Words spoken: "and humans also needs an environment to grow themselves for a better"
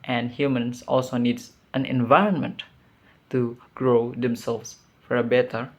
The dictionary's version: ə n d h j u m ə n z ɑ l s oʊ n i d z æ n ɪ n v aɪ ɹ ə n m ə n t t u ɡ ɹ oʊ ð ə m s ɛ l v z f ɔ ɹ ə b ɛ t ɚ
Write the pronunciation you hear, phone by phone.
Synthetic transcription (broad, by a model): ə n d h j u m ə n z ɑ l s oʊ n i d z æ n ɪ n v aɪ ɹ ə n m ə n t t u ɡ ɹ oʊ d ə m s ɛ l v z f ɔ ɹ ə b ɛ t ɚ